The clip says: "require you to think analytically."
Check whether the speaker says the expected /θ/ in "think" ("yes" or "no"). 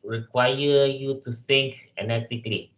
no